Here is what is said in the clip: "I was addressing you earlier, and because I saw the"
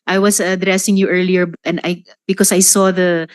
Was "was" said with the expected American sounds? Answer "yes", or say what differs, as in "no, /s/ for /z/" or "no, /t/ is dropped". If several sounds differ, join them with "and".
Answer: no, /s/ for /z/